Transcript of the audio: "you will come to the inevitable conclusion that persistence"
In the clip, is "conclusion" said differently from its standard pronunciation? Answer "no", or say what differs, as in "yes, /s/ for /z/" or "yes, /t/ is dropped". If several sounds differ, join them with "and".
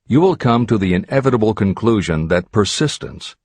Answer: no